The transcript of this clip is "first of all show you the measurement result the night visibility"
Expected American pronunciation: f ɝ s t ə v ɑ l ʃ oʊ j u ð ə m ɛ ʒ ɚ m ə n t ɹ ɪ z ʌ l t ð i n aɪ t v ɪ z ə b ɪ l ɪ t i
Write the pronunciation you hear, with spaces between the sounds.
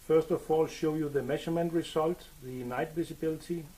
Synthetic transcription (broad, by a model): f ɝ s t ə v ɑ l ʃ oʊ j u ð ə m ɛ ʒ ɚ m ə n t ɹ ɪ s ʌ l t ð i n aɪ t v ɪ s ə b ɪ l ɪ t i